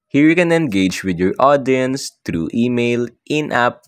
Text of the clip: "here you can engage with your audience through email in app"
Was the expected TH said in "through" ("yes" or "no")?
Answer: no